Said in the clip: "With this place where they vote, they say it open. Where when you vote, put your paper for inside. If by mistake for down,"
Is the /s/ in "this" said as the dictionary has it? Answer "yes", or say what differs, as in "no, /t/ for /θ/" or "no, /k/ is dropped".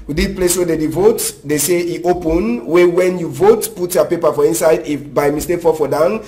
no, /s/ is dropped